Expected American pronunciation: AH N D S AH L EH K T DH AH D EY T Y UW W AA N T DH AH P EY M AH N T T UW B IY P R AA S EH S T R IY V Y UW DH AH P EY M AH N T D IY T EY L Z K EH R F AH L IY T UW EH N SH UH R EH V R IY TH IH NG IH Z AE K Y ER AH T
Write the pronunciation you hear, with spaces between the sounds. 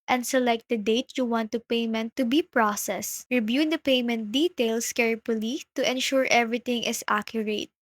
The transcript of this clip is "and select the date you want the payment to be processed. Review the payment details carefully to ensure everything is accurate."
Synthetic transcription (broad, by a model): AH N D S AH L EH K T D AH D EY T Y UW W AA N T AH P EY M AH N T T UW B IY P R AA S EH S R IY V Y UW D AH P EY M AH N T D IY T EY L S K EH R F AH L IY T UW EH N SH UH R EH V R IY T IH NG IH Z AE K Y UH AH T